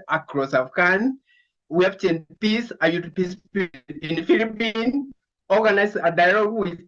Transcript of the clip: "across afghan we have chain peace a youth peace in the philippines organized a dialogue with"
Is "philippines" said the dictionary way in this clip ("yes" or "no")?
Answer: no